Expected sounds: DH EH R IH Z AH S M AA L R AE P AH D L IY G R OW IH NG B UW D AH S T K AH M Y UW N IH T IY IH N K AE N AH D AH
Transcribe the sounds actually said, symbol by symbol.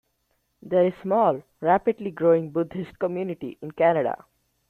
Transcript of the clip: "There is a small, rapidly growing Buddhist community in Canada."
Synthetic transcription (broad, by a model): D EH R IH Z S M AA L R AE P AH D L IY G R OW IH NG B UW D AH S T K AH M Y UW N IH T IY IH N K AE N AH D AH